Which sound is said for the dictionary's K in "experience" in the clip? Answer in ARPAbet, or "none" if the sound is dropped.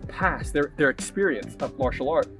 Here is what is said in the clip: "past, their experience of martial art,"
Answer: K